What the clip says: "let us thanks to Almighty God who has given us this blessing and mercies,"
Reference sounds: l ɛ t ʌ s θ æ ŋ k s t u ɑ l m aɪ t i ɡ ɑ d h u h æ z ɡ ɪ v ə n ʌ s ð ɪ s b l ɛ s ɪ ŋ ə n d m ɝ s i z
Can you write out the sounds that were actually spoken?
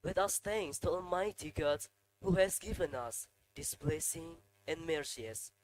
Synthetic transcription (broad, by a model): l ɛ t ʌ s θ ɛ ŋ s t u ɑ m aɪ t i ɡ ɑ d h u h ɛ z ɡ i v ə n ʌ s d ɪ s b l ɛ s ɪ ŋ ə n m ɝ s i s